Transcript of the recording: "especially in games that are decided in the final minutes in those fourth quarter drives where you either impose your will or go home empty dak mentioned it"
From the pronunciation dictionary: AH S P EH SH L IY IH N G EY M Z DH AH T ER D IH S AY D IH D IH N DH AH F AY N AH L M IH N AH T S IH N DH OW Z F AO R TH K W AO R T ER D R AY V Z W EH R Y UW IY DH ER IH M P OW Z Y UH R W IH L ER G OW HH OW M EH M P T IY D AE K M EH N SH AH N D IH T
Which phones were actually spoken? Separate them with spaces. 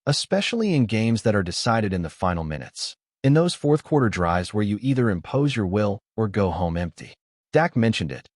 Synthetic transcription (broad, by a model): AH S P EH SH L IY IH N G EY M Z DH AH T ER D IH S AY D IH D IH N DH AH F AY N L M IH N AH T S IH N DH OW Z F AO R TH K W AO R T ER D R AY V Z W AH R Y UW IY DH ER IH M P OW Z Y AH R W IH L ER G OW HH OW M EH M P T IY D AE K M EH N SH AH N D IH T